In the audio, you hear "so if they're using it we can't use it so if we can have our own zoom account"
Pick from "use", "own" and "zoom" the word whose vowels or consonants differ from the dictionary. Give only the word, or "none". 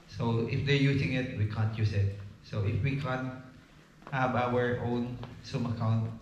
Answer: zoom